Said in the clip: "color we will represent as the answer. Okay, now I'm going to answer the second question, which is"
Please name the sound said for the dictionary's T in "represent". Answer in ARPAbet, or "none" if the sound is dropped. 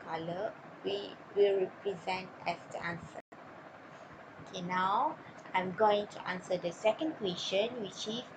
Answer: T